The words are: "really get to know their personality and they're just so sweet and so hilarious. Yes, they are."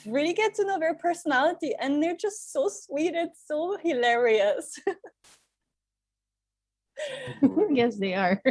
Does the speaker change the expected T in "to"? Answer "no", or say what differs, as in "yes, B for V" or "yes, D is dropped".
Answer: yes, S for T